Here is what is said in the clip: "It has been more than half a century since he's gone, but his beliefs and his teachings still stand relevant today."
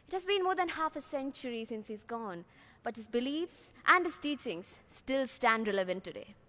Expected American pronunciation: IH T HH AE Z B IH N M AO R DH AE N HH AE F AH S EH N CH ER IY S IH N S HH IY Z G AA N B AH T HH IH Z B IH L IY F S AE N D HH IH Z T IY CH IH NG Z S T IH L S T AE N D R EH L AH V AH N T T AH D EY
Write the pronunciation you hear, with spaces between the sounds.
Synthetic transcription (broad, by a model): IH T HH AE Z B IH N M AO R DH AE N HH AE F AH S EH N CH ER IY S IH N S HH IY Z G AA N B AH T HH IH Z B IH L IY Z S AE N D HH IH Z T IY CH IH NG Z S T IH L S T AE N D R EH L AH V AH N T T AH D EY